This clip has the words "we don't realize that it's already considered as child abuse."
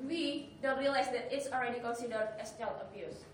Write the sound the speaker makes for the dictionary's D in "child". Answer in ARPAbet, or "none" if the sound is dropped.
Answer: none